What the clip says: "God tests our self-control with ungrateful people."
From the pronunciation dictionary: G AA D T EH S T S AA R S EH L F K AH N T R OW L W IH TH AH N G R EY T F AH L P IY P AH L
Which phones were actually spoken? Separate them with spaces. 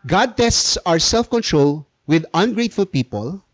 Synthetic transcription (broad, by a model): G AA D T EH S T S AA R S EH L F K AH N T R OW L W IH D AH N G R EY T F AH L P IY P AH L